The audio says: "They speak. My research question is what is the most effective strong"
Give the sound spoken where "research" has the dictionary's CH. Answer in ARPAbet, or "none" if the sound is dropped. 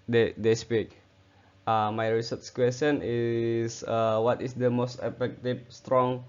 S